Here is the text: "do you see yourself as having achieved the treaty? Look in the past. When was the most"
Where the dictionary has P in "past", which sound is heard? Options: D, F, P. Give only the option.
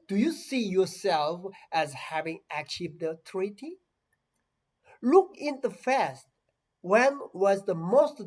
F